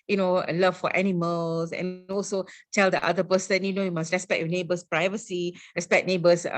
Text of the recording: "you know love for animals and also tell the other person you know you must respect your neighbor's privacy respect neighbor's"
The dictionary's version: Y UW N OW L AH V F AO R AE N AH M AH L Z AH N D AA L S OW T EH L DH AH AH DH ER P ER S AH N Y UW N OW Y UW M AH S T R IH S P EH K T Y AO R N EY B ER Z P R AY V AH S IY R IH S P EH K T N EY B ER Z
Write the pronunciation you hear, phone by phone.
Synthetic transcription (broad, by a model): Y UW N OW L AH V F AO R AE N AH M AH L S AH N AA L S OW T EH L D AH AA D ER P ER S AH N Y UW N OW Y UW M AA S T R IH S P EH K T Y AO N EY B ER S P R AY V AH S IY R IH S P EH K N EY B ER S